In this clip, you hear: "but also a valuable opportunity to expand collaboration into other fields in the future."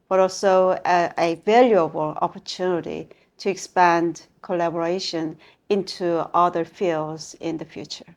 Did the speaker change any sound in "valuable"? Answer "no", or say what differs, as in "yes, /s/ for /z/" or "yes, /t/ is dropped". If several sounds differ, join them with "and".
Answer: no